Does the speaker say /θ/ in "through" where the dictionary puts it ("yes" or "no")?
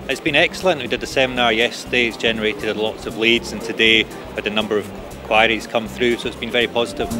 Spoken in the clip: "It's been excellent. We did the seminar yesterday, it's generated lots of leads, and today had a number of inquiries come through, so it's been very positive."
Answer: yes